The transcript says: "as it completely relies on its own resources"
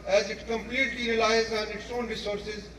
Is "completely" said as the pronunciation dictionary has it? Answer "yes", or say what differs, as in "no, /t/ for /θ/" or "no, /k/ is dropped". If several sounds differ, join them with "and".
yes